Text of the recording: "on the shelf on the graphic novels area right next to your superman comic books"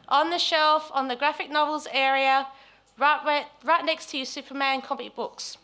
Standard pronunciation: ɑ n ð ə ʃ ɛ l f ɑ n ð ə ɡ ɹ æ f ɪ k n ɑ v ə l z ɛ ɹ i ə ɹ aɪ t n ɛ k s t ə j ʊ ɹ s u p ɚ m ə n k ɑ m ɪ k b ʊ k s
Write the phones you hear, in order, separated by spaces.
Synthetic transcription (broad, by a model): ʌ n ð ə ʃ ɛ l f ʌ n ð ə ɡ ɹ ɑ f ɪ k n ɑ v ə l z ɛ ɹ i ə ɹ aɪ t n ɛ k s t ə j s u p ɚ m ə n k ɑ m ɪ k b ʊ k s